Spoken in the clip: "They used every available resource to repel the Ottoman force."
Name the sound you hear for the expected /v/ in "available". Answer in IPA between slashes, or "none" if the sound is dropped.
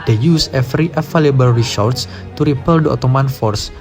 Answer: /f/